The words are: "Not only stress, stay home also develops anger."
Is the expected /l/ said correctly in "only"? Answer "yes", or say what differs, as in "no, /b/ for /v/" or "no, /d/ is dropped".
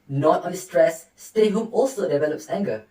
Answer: no, /l/ is dropped